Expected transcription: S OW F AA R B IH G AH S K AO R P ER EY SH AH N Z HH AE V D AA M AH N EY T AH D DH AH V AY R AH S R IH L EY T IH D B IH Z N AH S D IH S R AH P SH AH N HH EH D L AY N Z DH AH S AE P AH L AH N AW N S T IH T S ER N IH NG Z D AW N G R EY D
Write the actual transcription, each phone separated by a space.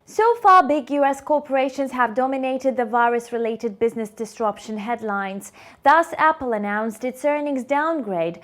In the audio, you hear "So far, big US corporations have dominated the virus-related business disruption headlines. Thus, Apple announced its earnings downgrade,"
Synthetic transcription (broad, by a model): S OW F AA R B IH G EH S K AO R P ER EY SH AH N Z HH AE V D AA M AH N EY T AH D DH AH V AY R AH S R IH L EY T IH D B IH Z N AH S D IH S R AH P SH AH N HH EH D L AY N Z DH AH S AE P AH L AH N AW N S T IH T S ER N IH NG Z D AW N G R EY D